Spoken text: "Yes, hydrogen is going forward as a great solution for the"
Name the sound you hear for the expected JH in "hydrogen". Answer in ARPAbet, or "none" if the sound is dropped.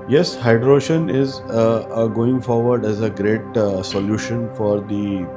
SH